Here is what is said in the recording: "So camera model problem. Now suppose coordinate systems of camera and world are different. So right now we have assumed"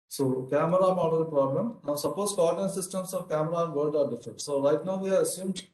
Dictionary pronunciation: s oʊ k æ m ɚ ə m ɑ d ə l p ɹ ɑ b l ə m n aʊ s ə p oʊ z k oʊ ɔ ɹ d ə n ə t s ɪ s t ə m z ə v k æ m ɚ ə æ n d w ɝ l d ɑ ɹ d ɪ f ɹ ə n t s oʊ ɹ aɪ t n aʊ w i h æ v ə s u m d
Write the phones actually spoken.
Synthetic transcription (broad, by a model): s oʊ k æ m ɚ ə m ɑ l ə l p ɹ ɑ b l ə m n aʊ s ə p oʊ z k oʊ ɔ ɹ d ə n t s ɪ s t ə m s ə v k æ m ɚ ə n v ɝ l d ɑ ɹ d ɪ f ɹ ə n t s oʊ l aɪ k n aʊ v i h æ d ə s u m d